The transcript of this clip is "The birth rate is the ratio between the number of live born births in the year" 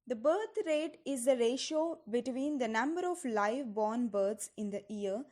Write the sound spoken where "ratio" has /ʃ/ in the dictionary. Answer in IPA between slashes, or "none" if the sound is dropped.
/ʃ/